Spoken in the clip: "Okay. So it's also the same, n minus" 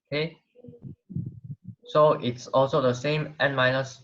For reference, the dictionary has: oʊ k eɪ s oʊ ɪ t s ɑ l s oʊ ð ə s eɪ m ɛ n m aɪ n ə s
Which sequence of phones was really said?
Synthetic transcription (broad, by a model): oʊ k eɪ s oʊ ɪ t s ɑ l s oʊ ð ə s eɪ m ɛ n m aɪ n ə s